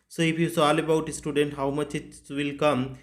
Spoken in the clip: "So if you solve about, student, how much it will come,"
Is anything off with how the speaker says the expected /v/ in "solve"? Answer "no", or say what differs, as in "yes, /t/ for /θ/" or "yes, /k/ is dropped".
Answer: yes, /v/ is dropped